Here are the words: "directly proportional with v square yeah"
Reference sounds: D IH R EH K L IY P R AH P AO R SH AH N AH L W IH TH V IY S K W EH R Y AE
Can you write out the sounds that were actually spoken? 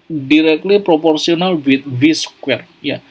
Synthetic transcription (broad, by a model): D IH R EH K L IY P R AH P AO R S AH N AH L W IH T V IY S K W EH R Y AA